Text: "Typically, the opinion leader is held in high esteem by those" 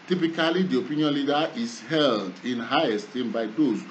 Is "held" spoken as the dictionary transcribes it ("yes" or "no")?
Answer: yes